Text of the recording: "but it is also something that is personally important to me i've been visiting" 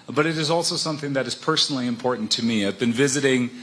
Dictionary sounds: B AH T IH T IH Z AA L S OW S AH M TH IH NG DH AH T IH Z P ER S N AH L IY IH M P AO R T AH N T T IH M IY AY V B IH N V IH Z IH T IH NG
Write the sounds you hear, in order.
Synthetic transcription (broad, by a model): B AH T IH T IH Z AA L S OW S AH M TH IH NG DH AH T IH Z P ER S N L IY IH M P AO R T N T T IH M IY AY V B IH N V IH Z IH T IH NG